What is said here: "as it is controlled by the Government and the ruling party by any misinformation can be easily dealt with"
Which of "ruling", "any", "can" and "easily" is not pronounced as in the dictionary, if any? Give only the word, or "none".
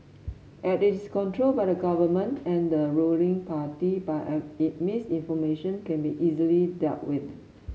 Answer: any